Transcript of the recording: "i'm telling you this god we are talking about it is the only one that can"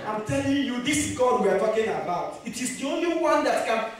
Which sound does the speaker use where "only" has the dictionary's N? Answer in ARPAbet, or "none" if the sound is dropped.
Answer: N